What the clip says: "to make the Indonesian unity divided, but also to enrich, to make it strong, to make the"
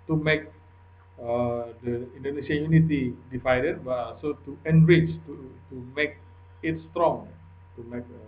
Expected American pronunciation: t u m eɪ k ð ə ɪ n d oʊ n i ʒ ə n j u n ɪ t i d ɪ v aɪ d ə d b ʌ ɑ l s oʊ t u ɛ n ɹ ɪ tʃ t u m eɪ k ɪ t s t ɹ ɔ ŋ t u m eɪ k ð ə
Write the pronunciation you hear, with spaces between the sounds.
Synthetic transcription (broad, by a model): t u m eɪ k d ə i n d oʊ n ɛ ʃ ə j u n ɪ t i d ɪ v aɪ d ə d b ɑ s oʊ t u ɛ n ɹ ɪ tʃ t u m eɪ k ɪ t s t ɹ ɔ ŋ t u m eɪ k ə